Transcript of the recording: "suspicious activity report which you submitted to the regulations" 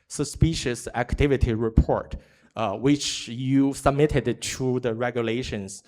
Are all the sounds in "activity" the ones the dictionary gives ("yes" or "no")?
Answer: yes